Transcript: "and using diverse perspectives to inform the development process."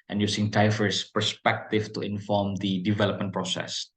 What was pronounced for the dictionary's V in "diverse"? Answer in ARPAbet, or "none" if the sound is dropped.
F